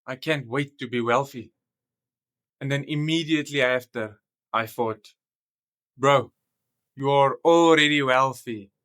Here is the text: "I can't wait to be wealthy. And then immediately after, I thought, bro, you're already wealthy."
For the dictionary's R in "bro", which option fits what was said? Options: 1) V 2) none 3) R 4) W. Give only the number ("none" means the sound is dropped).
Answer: 3